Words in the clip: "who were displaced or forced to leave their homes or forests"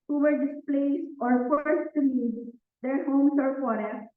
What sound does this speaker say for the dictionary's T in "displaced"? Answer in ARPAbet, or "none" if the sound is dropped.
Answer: none